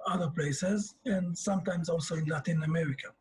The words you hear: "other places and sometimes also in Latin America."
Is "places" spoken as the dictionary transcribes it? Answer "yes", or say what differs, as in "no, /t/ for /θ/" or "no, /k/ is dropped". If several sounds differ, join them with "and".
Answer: yes